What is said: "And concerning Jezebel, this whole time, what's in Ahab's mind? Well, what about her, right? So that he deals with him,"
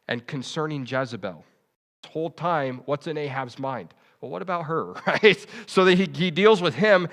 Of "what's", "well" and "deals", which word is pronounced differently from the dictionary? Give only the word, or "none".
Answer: none